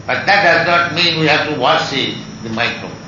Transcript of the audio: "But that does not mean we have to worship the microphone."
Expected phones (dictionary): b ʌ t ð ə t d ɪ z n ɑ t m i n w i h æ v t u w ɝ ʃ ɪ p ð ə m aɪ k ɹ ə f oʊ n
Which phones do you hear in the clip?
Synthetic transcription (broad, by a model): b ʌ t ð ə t d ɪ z n ɑ t m i n w i h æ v t u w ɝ s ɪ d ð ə m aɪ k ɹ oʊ